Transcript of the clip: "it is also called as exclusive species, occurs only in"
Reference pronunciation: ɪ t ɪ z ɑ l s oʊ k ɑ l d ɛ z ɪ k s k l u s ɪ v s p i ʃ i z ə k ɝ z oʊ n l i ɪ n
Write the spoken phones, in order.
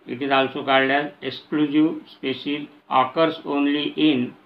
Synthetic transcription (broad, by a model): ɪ t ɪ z ɑ l s oʊ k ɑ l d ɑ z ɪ k s k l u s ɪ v s p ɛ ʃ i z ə k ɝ s oʊ n l i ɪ n